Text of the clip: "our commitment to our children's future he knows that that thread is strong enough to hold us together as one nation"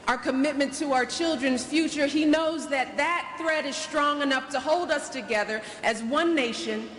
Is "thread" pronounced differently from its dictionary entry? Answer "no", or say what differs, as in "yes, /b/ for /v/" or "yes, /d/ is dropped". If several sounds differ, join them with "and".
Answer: no